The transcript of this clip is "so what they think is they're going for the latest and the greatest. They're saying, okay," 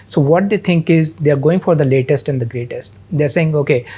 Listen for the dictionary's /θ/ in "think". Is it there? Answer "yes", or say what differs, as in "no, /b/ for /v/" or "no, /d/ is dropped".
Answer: no, /t/ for /θ/